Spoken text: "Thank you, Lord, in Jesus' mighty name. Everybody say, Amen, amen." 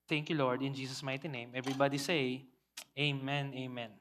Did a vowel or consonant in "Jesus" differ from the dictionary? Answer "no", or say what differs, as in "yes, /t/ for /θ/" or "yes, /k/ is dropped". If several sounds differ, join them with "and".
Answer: yes, /s/ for /z/